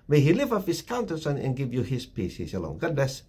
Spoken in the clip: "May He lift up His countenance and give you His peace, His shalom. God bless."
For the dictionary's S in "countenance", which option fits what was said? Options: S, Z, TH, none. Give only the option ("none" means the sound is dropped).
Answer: none